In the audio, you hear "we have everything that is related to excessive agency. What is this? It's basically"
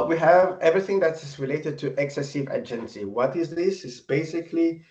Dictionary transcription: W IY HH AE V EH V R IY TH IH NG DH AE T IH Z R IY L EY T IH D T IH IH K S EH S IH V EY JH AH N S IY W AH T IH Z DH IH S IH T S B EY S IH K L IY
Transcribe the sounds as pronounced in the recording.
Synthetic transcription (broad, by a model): W IY HH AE V EH V R IY TH IH NG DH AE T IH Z R IY L EY T IH D T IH IH K S EH S IH V EY JH AH N S IY W AH T IH Z DH IH S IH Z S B EY S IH K L IY